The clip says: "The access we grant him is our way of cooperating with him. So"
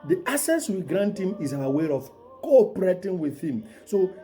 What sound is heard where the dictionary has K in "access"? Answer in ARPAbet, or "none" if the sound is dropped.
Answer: none